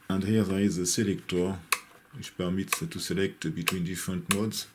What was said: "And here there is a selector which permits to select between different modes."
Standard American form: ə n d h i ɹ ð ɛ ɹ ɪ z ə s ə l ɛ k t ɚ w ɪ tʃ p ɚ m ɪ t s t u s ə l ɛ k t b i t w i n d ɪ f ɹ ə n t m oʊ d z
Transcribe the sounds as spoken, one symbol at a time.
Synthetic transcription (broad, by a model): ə n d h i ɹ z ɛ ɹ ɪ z ə s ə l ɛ k t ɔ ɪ ʃ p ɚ m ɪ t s t u s ə l ɛ k t b i t w i n d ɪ f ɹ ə n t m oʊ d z